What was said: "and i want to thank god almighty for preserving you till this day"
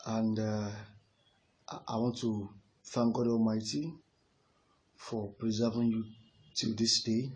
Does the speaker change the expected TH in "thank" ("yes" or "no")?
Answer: yes